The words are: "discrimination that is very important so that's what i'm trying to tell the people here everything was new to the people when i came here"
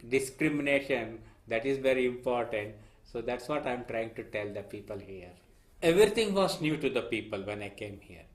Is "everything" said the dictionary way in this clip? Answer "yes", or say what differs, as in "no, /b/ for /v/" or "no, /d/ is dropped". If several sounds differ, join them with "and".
no, /t/ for /θ/